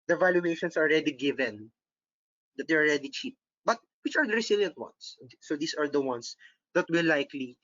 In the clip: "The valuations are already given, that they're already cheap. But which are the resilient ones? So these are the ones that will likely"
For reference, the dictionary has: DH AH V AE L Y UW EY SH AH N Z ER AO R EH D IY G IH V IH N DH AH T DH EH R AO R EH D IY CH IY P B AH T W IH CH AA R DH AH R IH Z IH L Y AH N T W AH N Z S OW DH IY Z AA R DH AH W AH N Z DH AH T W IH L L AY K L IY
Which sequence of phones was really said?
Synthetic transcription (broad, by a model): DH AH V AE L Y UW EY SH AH N S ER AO R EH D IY G IH V IH N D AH T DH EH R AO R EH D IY CH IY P B AH T W IH CH AA R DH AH R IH S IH L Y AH N T W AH N S OW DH IY S AA R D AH W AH N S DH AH T W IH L L AY K L IY